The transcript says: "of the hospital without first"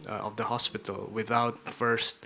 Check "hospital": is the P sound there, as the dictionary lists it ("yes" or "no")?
yes